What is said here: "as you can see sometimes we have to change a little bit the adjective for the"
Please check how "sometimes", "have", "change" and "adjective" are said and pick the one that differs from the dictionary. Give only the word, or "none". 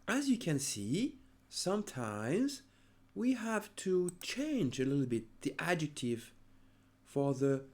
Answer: none